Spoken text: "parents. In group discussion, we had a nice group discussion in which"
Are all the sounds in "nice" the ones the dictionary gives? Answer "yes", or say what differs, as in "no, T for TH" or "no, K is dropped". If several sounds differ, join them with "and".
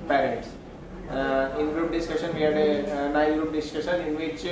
no, S is dropped